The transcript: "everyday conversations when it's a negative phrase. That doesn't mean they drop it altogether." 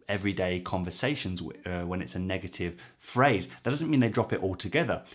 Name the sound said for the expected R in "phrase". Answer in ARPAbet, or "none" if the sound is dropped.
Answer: R